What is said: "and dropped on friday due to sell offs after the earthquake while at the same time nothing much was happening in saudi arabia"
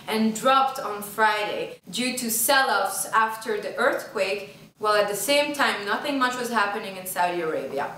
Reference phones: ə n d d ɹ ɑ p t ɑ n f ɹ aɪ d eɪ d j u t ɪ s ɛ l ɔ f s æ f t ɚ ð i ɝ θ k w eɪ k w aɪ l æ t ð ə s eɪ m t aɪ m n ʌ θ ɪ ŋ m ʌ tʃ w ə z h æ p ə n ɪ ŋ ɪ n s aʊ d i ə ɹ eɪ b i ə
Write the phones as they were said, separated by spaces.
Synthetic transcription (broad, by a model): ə n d d ɹ ɑ p t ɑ n f ɹ aɪ d eɪ d j u t ɪ s ɛ l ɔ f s æ f t ɚ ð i ɝ θ k w eɪ k w aɪ l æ t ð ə s eɪ m t aɪ m n ʌ θ ɪ ŋ m ʌ tʃ w ə z h æ p ə n ɪ ŋ ɪ n s aʊ d i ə ɹ eɪ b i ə